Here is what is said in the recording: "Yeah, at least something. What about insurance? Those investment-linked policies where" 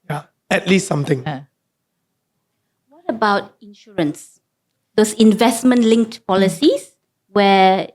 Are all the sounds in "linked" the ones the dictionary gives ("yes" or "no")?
yes